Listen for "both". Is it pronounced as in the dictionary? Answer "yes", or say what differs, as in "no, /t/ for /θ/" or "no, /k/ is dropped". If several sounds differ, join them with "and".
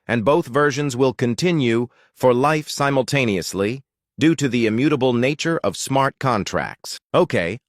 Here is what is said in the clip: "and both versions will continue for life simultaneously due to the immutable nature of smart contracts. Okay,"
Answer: yes